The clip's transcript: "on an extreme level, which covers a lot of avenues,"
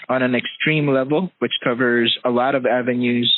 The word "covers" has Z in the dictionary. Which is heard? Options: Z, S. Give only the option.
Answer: Z